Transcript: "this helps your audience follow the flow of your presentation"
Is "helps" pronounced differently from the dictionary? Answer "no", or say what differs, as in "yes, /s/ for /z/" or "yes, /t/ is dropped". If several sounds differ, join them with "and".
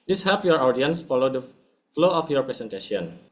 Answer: yes, /l/ is dropped and /s/ is dropped